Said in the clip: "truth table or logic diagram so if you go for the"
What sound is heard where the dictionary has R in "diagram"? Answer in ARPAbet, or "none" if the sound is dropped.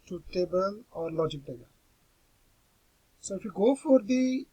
none